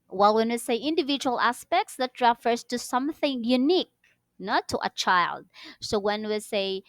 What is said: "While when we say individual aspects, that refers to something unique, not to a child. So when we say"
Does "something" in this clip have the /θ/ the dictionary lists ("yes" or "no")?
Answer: yes